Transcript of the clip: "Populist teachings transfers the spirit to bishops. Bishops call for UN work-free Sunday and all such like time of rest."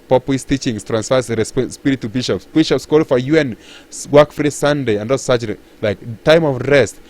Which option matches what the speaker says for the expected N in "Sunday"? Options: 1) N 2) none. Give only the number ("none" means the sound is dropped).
1